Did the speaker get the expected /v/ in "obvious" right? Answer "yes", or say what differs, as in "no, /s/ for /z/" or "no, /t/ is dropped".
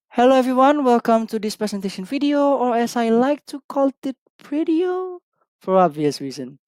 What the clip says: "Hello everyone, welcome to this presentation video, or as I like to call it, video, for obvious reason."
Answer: yes